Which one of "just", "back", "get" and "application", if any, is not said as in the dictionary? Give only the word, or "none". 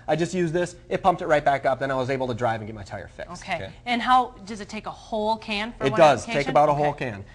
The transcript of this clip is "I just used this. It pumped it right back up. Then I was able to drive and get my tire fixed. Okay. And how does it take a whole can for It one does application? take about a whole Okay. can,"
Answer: application